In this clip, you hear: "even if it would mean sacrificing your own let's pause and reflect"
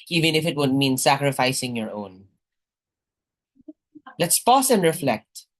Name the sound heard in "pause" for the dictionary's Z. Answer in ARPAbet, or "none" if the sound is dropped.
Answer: S